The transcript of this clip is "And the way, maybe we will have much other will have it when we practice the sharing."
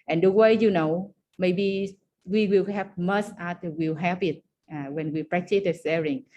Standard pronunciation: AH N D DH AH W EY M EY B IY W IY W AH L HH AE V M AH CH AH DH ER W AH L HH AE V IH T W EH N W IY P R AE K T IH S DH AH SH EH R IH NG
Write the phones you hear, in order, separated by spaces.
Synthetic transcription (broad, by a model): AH N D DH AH W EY M EY B IY W IY W AH L HH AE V M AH S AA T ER W AH L HH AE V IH T W EH N W IY P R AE K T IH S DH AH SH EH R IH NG